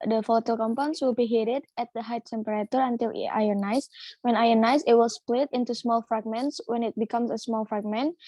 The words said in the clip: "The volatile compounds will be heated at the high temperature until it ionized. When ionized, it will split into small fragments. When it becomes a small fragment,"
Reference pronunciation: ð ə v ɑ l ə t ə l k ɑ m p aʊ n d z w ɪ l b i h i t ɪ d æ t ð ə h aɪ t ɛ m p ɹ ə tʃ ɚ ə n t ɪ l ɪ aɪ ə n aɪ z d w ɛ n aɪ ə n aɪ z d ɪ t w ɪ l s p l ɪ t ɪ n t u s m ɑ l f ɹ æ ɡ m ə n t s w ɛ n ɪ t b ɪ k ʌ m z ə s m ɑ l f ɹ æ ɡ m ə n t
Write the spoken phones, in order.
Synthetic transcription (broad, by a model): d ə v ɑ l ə t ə l k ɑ m p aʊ n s w ɪ l b i h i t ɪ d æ t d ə h aɪ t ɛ m p ɹ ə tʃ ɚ ə n t ɪ l ɪ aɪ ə n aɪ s w ɛ n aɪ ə n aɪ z ɪ t w ɪ l s p l ɪ t ɪ n t u s m ɑ l f ɹ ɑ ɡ m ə n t s w ɛ n ɪ t b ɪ k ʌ m s ə s m ɑ l f ɹ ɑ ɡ m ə n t